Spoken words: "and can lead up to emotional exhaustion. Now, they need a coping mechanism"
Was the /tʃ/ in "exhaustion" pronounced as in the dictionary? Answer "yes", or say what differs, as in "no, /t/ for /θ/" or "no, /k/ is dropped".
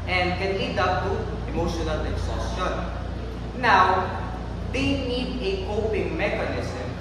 no, /tʃ/ is dropped